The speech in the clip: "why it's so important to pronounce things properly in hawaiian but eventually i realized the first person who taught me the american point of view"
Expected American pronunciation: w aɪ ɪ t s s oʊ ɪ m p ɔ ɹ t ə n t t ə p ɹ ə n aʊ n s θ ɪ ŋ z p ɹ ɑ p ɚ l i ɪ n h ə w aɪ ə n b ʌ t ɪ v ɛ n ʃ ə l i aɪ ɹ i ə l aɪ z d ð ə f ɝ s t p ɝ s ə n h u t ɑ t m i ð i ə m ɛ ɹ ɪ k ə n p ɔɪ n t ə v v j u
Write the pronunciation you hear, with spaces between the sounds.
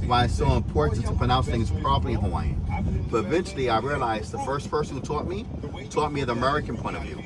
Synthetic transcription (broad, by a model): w aɪ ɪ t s s oʊ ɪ m p ɔ ɹ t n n t ə p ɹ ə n aʊ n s θ ɪ ŋ z p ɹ ɑ b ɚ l i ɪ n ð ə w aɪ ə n b ʌ t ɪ v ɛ n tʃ l i aɪ ɹ i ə l aɪ z ð ə f ɝ s t f ɝ s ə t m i t ɑ t m i ð i ə m ɛ ɹ ɪ k ə n p ɔɪ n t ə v v j u